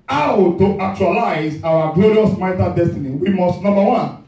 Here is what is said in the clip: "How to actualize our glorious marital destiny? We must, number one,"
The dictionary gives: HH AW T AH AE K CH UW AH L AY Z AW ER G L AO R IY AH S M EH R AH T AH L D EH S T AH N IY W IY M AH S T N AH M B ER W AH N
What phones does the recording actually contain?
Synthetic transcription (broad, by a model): AW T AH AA K CH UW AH L AY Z AW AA G L AO R IY AH S M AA AH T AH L D EH S T AH N IY W IY M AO S T N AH M B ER W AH N